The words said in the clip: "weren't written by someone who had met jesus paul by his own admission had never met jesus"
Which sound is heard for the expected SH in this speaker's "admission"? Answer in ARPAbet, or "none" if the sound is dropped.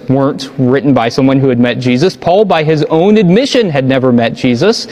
SH